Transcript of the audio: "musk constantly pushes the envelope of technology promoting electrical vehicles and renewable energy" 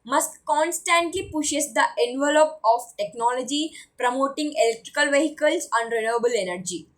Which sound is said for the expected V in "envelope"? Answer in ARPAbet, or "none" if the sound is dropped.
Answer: V